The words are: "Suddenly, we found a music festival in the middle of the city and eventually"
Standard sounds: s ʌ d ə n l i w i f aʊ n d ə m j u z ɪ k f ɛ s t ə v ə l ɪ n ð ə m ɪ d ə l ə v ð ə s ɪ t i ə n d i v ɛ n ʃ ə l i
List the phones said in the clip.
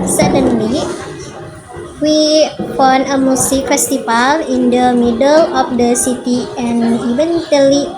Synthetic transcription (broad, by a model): s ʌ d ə n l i w i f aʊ n ə m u s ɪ k f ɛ s t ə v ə l ɪ n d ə m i d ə l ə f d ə s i t i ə n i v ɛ n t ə l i